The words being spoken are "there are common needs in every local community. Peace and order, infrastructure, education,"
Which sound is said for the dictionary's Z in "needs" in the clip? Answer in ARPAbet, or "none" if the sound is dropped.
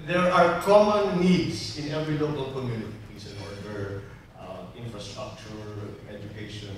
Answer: S